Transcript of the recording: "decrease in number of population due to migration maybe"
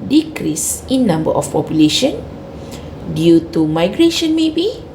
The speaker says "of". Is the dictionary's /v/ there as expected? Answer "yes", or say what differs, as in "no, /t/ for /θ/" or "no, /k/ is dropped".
no, /f/ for /v/